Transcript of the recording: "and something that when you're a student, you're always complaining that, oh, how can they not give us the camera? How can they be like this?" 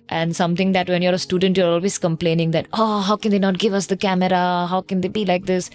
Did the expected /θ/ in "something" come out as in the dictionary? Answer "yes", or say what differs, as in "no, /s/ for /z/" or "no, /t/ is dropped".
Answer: no, /t/ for /θ/